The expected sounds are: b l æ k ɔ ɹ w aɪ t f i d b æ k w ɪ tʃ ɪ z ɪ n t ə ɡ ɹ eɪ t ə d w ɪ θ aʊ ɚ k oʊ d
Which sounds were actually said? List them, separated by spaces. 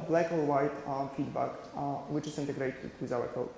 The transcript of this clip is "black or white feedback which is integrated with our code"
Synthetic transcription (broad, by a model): b l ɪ k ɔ l w aɪ t f i d b æ k w ɪ tʃ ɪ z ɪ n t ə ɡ ɹ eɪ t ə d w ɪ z aʊ ɚ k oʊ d